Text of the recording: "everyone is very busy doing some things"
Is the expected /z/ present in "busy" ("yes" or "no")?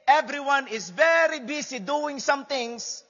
no